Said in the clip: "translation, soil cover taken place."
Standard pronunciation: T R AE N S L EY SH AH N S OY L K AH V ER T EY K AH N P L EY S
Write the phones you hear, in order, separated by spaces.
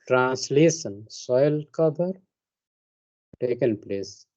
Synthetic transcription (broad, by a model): T R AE N S L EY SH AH N S OY L K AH B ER T EY K AH N P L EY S